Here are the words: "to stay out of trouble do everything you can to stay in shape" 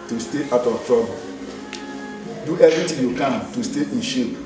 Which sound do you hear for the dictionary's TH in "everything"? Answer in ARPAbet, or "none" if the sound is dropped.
T